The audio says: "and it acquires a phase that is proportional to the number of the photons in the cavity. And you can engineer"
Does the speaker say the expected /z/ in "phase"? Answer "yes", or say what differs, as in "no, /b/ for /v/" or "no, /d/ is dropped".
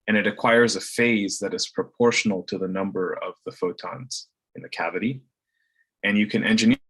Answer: yes